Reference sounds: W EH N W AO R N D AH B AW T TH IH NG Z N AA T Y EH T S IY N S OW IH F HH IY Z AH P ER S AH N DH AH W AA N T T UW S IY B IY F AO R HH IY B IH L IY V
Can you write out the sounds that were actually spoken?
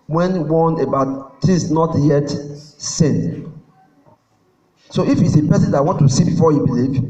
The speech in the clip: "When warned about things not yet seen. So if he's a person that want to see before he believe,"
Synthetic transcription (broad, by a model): W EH N W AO N AH B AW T T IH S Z N AA T Y EH T S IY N S OW IH F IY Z AH P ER S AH N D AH W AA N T T UW S IY B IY F AO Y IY B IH L IY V